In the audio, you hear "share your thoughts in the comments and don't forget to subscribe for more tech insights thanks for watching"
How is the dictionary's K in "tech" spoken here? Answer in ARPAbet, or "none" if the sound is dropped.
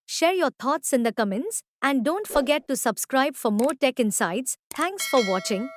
K